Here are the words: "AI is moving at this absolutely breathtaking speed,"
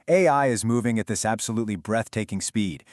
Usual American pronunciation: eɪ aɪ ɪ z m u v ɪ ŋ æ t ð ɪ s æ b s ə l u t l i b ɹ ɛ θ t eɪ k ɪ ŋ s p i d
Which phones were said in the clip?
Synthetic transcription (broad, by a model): eɪ aɪ ɪ z m u v ɪ ŋ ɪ t ð ɪ s æ b s ə l u t l i b ɹ ɛ θ t eɪ k ɪ ŋ s p i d